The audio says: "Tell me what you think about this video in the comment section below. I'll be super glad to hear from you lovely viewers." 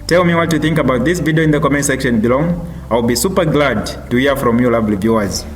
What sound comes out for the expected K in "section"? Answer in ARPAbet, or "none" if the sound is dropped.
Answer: K